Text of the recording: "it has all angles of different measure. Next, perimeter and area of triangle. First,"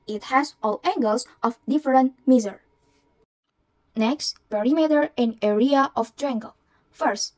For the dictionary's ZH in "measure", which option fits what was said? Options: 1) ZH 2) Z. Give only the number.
2